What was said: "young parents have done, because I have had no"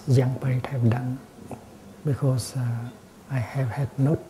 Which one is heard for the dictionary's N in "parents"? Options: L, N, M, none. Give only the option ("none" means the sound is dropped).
none